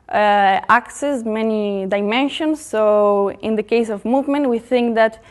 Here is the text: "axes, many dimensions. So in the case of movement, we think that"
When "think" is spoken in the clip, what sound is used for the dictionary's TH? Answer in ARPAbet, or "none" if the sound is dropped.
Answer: TH